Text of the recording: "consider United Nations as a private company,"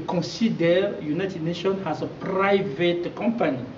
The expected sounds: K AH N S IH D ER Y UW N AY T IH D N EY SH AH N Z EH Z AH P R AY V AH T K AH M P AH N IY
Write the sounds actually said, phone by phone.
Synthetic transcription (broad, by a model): K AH N S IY D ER Y UW N AY T IH D N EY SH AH N AA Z AH P R AY V AH T K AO M P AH N IY